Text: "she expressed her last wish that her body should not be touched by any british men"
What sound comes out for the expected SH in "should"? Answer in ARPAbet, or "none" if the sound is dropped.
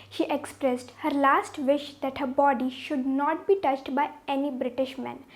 SH